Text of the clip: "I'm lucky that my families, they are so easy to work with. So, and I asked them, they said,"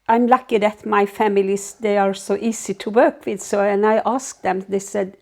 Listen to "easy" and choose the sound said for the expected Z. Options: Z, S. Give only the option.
S